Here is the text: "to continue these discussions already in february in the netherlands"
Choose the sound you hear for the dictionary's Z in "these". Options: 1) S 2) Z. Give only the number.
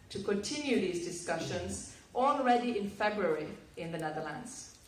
2